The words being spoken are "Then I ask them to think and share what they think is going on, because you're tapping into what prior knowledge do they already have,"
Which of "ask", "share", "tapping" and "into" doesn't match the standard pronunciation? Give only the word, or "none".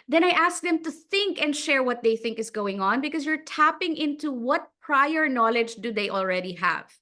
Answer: none